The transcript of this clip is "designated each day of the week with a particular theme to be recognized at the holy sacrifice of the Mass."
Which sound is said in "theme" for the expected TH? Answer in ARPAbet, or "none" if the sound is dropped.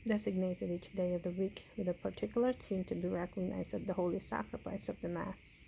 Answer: S